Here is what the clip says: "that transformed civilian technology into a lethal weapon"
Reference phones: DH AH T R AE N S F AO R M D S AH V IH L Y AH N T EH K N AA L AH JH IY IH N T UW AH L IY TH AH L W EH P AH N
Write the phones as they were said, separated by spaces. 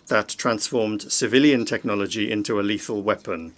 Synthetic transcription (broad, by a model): DH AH T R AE N S F AO M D S AH V IH L Y AH N T EH K N AA L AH JH IY IH N T UW AH L IY TH AH L W EH P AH N